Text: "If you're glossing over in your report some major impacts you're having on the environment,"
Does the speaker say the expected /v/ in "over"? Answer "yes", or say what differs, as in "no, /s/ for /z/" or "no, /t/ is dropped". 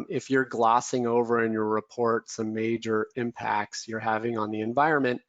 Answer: yes